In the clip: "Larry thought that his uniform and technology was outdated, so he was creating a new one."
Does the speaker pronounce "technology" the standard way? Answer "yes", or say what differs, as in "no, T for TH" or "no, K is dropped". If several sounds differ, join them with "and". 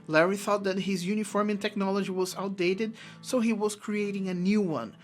yes